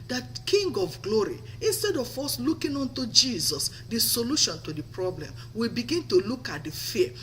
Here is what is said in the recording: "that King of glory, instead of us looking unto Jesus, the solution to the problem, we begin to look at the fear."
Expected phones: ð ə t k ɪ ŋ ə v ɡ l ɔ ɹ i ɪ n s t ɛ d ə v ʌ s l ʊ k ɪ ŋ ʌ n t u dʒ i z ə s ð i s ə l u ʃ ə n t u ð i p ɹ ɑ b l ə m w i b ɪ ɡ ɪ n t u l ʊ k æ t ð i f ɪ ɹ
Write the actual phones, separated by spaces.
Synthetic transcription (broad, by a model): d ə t k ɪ ŋ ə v ɡ l ɔ ɹ i ɪ n s t ɛ d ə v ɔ s l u k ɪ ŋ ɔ n t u dʒ i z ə s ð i s ə l u ʃ ə n t u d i p ɹ ɑ b l ə m w i b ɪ ɡ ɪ n t u l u k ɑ t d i f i